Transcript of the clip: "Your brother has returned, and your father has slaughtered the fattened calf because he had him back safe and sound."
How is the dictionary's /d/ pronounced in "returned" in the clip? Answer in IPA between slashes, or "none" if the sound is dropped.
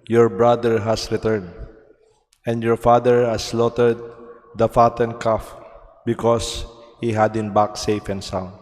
/d/